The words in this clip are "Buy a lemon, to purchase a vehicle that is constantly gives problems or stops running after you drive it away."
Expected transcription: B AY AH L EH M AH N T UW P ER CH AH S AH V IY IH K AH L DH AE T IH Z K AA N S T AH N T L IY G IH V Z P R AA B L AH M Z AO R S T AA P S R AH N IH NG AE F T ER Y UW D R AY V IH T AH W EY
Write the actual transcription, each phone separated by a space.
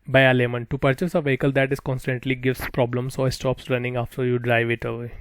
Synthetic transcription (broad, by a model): B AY AH L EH M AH N T UW P ER CH AH S AH V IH K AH L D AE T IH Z K AA N S T AH N T L IY G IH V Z P R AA B L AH M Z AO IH S T AA P S R AH N IH NG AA F T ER Y UW D R AY V IH T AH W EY